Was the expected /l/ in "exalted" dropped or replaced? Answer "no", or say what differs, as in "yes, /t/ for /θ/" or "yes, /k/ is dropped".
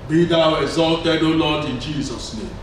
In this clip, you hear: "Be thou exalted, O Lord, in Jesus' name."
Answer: no